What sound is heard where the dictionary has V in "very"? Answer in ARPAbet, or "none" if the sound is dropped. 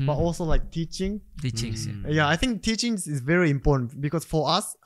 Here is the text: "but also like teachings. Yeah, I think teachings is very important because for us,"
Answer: V